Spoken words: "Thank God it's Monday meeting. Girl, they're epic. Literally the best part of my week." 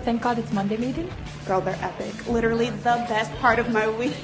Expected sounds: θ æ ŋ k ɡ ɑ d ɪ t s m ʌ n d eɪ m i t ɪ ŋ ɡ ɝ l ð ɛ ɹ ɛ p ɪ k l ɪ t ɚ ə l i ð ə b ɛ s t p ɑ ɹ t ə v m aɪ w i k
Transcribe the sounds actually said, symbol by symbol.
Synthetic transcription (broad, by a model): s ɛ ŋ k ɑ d ɪ t s m ʌ n d eɪ m i t ɪ ŋ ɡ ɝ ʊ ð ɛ ɹ ɛ p ɪ k l ɪ t ɚ l i ð ə b ɛ s t p ɑ ɹ t ə v m aɪ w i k